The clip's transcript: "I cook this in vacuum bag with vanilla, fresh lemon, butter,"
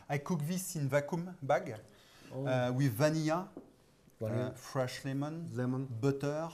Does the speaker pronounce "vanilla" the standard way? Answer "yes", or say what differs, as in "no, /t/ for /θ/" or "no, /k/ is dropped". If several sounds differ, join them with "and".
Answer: no, /l/ is dropped